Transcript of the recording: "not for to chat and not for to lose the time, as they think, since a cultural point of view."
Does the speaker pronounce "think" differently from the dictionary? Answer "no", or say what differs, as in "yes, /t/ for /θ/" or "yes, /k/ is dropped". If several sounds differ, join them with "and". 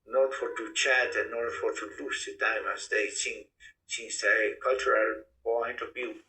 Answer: yes, /s/ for /θ/